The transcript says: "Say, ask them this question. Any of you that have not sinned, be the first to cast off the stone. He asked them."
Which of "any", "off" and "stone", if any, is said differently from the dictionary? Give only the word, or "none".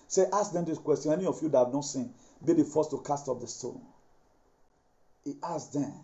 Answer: off